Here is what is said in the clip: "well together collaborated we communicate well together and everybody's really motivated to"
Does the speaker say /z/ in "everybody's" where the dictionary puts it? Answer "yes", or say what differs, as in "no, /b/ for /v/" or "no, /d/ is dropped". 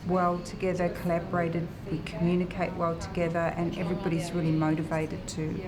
yes